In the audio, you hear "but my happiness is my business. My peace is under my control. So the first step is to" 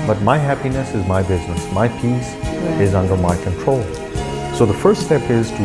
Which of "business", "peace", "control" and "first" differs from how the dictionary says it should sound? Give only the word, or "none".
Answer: none